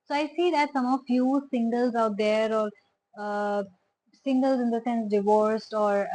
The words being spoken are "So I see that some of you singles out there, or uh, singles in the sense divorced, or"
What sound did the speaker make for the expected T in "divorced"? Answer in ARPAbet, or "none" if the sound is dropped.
T